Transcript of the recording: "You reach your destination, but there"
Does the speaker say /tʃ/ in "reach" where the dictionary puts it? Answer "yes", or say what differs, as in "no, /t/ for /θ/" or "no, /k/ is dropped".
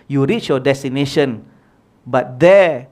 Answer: yes